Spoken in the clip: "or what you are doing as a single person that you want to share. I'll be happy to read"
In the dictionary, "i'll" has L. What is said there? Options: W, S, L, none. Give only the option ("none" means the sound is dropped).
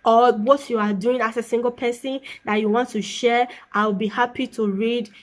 W